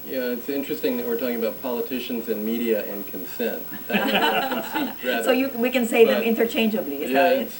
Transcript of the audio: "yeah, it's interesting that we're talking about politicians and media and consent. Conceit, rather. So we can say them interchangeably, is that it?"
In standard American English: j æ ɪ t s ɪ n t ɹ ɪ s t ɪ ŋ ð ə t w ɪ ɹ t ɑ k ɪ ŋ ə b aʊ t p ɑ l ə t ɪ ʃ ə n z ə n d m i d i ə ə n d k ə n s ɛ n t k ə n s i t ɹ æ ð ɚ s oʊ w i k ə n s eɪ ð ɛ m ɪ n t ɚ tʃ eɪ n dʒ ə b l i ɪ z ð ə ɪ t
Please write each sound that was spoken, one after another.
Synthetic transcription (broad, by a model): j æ ɪ t s ɪ n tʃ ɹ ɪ s t ɪ ŋ ð ə t w ɪ ɹ t ɑ k ɪ ŋ ə b aʊ t p ɑ l ə t ɪ ʃ ə n z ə n m i d i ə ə n k ə n s ɛ n t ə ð s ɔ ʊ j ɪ w i k ə n s eɪ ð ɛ m ɪ n t ɚ tʃ eɪ n dʒ ə b l i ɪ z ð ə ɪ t